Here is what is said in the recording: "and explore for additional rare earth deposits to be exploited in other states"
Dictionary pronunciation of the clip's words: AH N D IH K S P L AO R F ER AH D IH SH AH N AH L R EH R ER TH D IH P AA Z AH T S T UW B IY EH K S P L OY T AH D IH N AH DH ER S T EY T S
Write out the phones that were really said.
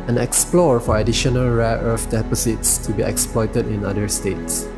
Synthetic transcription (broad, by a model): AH N IH K S P L AO R F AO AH D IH SH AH N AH L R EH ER F D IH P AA S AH T S T UW B IY EH K S P L OY T AH D IH N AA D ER S T EY T S